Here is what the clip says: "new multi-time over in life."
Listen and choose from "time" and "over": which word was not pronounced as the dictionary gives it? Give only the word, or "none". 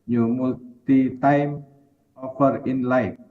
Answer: over